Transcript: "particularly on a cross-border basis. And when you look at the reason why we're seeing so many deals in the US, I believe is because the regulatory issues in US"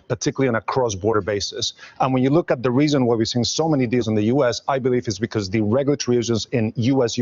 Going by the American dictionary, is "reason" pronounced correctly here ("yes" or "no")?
yes